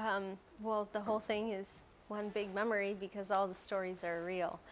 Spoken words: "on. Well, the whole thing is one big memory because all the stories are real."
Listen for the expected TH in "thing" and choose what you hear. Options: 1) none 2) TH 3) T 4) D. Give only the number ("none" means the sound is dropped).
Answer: 2